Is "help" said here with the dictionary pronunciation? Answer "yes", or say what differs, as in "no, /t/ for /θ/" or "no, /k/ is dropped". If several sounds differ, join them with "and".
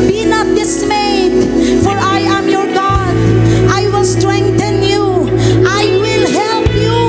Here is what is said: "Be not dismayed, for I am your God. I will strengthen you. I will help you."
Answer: yes